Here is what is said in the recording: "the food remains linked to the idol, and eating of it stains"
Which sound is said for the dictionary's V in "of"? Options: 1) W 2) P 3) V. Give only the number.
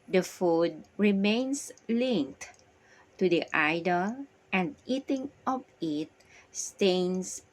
2